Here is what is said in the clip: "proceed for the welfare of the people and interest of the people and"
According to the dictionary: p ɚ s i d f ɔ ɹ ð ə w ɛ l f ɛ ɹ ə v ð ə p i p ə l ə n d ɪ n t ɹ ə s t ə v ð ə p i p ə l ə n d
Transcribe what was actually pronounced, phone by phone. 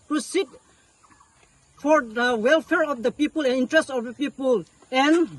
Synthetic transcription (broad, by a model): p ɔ s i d f ɔ ɹ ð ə w ɛ l f ɛ ɹ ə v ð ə p i p ə l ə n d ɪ n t ɹ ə s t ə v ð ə p i p ə l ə n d